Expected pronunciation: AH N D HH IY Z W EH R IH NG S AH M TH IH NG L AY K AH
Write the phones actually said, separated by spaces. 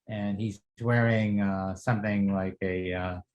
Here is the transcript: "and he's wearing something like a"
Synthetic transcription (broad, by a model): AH N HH IY Z W EH R IH NG S AH M TH IH NG L AY K AH